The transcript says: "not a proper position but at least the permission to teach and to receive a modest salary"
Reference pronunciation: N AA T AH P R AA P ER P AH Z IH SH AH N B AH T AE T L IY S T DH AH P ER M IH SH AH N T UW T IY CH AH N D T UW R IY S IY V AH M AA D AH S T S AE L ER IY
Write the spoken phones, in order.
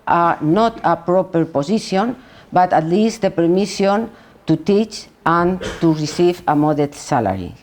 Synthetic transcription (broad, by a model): N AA T AH P R AA P ER P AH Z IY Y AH N B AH T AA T L IY S T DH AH P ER M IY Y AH N T UW T IY CH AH N T UW R IY S IY V AH M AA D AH T S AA L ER IY